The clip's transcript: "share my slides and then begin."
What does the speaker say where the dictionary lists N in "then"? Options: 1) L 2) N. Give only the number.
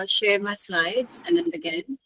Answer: 2